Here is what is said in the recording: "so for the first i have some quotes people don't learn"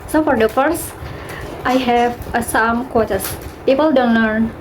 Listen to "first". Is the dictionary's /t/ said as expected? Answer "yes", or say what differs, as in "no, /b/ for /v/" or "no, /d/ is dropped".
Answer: yes